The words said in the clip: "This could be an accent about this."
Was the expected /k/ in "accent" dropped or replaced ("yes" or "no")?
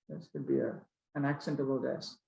no